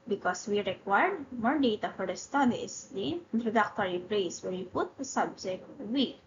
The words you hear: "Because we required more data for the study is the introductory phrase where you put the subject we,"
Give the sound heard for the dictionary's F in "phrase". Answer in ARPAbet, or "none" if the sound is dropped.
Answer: P